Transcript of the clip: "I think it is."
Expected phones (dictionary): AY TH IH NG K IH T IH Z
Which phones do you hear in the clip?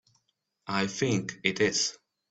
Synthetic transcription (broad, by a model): AY TH IH NG K IH T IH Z